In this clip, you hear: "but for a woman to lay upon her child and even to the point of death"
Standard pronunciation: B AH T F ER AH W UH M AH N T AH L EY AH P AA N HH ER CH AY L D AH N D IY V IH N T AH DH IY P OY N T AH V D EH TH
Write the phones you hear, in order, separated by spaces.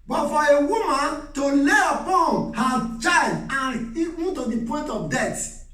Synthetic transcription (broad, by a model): B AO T F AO AH W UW M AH N T AH L EY AH P AA N HH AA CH AY D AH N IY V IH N T AH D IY P OY N T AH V D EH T